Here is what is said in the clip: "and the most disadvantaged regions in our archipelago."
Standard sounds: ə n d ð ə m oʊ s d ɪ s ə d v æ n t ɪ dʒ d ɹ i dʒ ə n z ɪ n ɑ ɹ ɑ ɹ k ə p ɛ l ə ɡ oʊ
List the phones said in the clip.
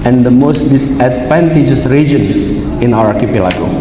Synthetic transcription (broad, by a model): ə n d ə m oʊ s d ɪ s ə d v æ n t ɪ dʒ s ɹ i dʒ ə n s ɪ n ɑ w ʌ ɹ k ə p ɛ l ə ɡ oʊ